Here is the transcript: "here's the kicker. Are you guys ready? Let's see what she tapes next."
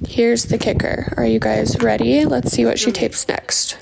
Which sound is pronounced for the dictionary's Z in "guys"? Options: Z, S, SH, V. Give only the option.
Z